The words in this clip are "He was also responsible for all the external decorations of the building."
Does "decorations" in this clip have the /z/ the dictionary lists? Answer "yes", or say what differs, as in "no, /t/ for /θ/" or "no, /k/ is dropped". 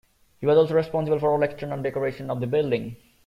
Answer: no, /z/ is dropped